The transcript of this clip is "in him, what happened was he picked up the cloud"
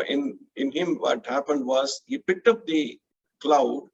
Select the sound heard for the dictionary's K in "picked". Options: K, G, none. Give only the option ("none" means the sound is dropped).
K